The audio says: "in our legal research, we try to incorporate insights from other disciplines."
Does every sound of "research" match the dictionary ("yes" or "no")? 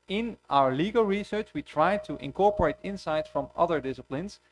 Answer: yes